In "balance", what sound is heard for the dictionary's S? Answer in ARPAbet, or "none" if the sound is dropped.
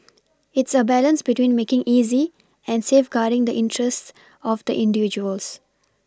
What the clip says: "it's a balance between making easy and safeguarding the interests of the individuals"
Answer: S